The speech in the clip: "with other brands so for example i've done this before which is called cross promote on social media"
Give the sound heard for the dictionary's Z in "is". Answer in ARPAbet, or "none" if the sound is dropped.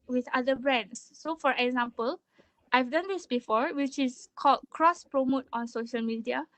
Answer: S